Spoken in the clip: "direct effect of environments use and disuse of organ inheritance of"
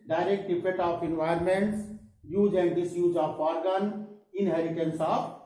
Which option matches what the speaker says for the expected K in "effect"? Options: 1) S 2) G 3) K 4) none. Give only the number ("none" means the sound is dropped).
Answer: 4